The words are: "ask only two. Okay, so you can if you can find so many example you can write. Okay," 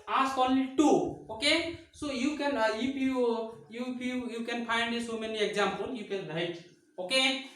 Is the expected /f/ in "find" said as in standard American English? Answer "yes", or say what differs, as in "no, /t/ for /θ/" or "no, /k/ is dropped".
no, /p/ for /f/